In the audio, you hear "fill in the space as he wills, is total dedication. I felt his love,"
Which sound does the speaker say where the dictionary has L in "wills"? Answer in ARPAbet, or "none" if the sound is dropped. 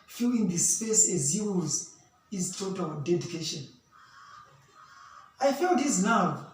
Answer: none